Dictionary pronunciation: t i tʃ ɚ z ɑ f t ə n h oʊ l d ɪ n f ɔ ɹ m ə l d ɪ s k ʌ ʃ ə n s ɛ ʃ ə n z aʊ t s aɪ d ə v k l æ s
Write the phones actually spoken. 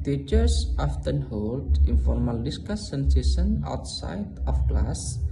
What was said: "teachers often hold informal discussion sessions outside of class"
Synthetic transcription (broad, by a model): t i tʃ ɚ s ɑ f t ə n h oʊ l d ɪ n f ɔ ɹ m ə l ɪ s k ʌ s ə n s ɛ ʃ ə n aʊ t s aɪ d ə f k l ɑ s